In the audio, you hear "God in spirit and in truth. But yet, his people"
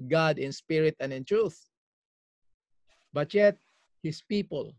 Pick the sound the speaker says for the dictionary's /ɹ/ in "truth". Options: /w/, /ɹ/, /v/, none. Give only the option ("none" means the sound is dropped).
/ɹ/